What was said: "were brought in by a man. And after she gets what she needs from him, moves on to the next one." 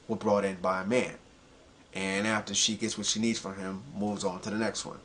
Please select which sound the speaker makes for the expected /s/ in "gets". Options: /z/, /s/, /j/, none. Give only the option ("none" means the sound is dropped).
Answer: /s/